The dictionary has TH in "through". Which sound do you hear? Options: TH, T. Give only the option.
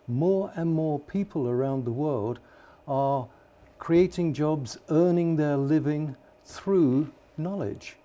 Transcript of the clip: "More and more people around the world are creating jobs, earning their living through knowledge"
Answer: TH